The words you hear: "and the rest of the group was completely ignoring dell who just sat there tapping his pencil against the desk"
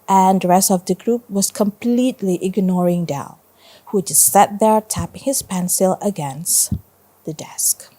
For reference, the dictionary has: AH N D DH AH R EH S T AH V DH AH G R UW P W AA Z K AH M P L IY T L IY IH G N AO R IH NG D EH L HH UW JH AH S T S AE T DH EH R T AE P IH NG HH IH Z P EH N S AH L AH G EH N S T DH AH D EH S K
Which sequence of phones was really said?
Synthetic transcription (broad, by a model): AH N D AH R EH S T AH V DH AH G R UW P W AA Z K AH M P L IY T L IY IH G N AO R IH NG D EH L HH UW JH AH S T S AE T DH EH R T AE P IH NG HH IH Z P EH N S AH L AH G EH N S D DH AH D EH S K